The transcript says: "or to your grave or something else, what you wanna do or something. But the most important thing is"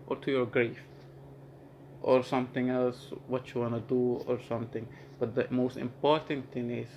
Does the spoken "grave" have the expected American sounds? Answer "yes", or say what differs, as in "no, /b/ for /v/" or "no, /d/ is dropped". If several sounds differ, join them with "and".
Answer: no, /f/ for /v/